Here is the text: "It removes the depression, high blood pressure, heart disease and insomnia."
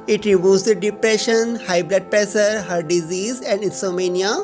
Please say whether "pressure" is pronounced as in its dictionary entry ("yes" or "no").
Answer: no